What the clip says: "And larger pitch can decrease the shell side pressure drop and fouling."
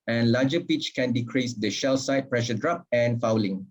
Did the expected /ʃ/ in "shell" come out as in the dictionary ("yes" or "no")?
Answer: yes